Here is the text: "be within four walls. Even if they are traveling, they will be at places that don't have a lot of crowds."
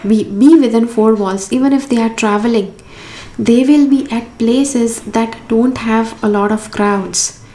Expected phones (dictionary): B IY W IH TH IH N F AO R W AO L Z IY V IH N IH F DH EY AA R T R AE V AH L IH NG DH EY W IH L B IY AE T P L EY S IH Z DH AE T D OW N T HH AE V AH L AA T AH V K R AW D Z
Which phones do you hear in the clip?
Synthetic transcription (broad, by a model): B IY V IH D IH N F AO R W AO L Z IY V IH N IH F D EY AA R T R AE V AH L IH NG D EY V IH L B IY AE T P L EY S IH Z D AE T D OW N T HH AE V AH L AA T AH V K R AW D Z